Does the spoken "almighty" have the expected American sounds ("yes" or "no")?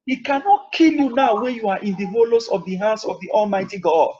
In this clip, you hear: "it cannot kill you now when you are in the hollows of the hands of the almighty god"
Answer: yes